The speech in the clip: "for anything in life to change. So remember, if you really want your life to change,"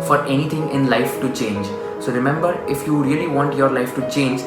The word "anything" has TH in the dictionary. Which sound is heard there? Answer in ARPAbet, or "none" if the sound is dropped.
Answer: T